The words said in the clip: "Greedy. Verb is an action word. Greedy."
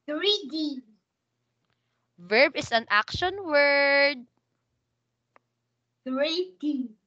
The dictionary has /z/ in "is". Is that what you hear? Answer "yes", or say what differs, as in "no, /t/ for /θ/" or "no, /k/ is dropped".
no, /s/ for /z/